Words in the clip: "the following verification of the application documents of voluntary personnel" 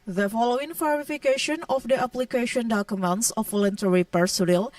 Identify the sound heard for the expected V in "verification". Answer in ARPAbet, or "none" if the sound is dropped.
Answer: F